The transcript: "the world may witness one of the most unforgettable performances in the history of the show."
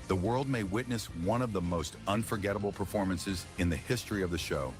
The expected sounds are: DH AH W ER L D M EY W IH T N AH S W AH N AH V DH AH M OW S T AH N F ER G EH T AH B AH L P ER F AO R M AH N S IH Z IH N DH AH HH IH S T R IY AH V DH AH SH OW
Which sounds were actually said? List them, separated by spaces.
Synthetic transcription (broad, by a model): DH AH W ER L D M EY W IH T N AH S W AH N AH V DH AH M OW S T AH N F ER G EH T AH B L P ER F AO R M AH N S IH Z IH N DH AH HH IH S T R IY AH V DH AH SH OW